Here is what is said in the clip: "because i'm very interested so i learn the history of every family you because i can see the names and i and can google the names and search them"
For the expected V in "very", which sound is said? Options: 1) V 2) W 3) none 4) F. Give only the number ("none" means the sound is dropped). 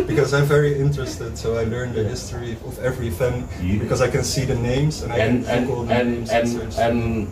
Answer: 1